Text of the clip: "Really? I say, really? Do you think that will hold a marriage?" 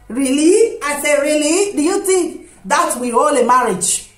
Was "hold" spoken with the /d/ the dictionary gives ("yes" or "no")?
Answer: no